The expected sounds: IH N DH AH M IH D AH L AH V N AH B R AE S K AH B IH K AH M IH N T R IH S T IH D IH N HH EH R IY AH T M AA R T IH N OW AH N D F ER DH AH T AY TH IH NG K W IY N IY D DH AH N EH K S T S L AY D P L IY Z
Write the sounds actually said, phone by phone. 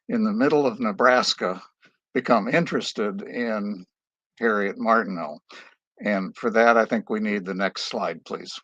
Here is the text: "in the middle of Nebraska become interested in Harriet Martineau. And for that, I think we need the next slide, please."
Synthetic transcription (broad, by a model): IH N DH AH M IH D L AH V N AH B R AE S K AH B IH K AH M IH N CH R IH S T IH D IH N HH EH R IY AH T M AA R T N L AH N F ER DH AH T AY TH IH NG K W IY N IY D DH AH N EH K S T S L AY D P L IY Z